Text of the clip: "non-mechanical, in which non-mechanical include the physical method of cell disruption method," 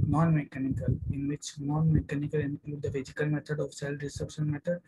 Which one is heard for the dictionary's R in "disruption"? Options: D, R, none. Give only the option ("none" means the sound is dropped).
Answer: none